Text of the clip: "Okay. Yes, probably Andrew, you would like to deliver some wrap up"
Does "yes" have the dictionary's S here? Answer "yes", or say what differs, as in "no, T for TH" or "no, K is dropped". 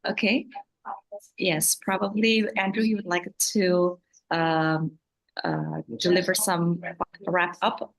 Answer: yes